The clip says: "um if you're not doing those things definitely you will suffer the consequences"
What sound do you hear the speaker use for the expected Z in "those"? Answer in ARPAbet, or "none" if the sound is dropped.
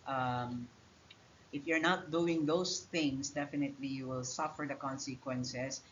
S